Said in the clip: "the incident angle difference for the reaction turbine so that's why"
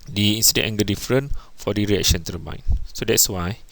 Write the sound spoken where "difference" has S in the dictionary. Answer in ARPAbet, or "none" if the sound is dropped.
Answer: none